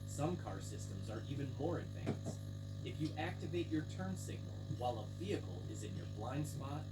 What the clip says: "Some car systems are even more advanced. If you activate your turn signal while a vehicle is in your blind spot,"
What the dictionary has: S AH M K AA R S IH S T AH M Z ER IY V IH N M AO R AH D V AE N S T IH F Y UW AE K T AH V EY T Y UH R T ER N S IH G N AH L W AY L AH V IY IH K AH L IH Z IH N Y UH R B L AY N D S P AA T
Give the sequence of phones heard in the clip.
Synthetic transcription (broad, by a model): S AH M K AA R S IH S T AH M Z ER IY V IH N M AO R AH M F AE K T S IH F Y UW AE K T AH V EY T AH R T ER N S IH G N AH L W AY L AH V IY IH K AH L IH Z IH N Y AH R B L AY N D S P AA T